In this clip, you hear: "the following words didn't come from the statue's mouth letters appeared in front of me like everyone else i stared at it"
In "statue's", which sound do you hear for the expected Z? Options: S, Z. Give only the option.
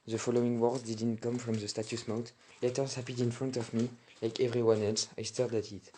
S